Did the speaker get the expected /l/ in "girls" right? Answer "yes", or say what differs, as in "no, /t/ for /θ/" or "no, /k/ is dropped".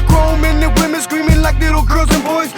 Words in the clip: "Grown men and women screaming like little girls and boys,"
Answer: no, /l/ is dropped